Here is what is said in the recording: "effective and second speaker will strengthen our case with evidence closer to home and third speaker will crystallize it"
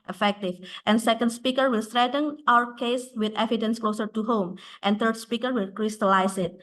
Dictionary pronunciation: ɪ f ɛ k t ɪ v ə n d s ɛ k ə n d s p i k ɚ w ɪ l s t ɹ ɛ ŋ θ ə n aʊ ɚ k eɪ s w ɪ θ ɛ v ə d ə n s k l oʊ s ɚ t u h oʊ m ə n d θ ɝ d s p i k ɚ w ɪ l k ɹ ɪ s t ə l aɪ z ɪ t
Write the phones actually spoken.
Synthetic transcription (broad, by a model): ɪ f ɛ k t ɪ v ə n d s ɛ k ə n d s p i k ɚ w ɪ l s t ɹ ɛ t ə n aʊ ɚ k eɪ s w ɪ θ ɛ v ə d ə n s k l oʊ s ɚ t u h oʊ m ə n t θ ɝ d s p i k ɚ w ɪ l k ɹ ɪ s t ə l aɪ s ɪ t